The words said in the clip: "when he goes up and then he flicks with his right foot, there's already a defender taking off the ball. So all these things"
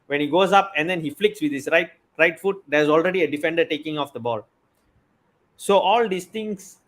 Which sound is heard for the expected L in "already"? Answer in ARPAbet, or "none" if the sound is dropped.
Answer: L